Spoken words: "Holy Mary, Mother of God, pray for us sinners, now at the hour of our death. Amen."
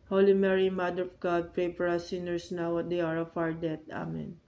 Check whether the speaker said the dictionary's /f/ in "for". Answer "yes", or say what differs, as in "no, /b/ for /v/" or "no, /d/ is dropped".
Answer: no, /p/ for /f/